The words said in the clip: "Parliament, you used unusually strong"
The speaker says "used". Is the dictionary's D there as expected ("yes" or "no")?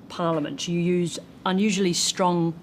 no